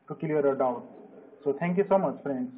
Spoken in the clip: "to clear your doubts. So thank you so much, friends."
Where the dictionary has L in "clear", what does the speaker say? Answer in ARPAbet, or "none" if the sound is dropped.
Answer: none